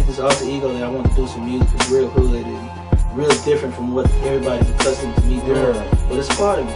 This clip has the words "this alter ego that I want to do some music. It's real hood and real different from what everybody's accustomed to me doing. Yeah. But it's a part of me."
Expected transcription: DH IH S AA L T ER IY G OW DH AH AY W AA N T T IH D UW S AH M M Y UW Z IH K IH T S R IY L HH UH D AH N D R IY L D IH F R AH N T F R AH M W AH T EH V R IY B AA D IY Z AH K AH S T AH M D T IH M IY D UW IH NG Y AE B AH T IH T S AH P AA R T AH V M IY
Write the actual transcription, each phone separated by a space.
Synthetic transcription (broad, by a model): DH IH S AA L S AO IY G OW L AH AY W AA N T T IH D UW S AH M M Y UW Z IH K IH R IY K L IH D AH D R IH L D IH F R AH N T F R AH M W AH T EH V R IY B AA D IY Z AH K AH S T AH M T IH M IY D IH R B AH T IH T S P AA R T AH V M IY